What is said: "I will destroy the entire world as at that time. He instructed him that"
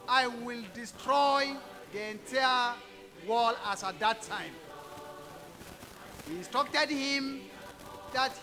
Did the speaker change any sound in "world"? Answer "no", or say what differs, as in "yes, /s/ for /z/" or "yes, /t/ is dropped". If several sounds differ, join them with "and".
yes, /d/ is dropped